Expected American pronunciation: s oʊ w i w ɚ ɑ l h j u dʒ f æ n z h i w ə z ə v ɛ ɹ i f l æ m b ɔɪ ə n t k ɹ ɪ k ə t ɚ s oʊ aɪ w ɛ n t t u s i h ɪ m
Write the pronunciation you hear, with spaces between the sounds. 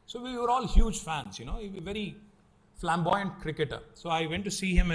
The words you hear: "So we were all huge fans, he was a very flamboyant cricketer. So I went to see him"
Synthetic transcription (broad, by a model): s oʊ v i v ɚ ɑ l h j u dʒ f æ n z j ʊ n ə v ə v ɛ ɹ i f l æ m b ɔɪ ə n t k ɹ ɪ k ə t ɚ s oʊ aɪ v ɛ n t t u s i h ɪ m